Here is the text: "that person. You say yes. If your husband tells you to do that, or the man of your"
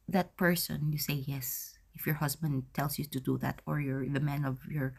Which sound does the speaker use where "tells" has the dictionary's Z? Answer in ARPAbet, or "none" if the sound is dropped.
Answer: S